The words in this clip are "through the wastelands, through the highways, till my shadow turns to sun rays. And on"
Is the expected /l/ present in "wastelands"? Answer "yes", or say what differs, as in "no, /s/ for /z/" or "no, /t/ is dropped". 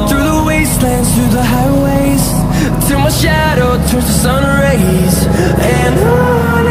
yes